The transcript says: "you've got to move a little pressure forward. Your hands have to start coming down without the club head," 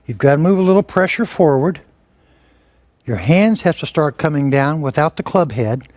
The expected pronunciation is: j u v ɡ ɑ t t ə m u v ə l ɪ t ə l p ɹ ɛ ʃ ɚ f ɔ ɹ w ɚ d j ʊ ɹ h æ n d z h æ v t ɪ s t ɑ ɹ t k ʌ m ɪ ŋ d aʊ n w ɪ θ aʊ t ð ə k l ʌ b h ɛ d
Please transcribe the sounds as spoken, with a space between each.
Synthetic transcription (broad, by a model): j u v ɡ ɑ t t ə m u v ə l ɪ t l p ɹ ɛ ʃ ɚ f ɔ ɹ w ɚ d j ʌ ɹ h æ n d z h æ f t ɪ s t ɑ ɹ t k ʌ m ɪ ŋ d aʊ n w ɪ θ aʊ t ð ə k l ʌ b h ɛ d